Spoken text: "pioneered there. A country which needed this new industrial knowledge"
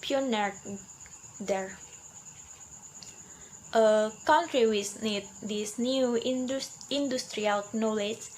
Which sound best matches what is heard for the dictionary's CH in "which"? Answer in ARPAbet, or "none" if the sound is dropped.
S